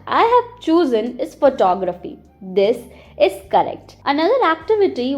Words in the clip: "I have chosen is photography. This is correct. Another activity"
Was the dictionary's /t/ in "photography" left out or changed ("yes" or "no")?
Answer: no